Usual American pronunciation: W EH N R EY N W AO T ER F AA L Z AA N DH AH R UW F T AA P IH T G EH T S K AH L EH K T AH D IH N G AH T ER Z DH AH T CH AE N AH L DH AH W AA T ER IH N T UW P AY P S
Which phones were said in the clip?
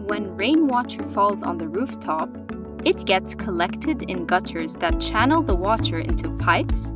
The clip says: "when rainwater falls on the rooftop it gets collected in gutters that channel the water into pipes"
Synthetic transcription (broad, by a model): W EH N R EY N W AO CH ER F AA L Z N DH AH R UW F T AA P IH T G EH T S K AH L EH K T AH D IH N G AH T ER Z DH AH T CH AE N L DH AH W AA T ER IH N T UW P AY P S